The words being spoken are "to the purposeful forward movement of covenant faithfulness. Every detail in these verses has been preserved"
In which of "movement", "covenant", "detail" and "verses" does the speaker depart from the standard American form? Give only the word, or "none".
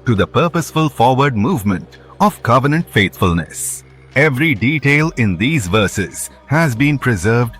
none